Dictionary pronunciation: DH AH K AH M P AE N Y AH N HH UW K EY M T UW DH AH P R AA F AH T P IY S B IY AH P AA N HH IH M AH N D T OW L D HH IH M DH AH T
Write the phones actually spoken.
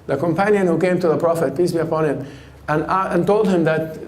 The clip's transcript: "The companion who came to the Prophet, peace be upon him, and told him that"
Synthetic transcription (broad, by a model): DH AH K AH M P AE N Y AH N HH UW K EY M T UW DH AH P R AA F AH T P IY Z B IY AH P AA N HH IH M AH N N T OW L D HH IH M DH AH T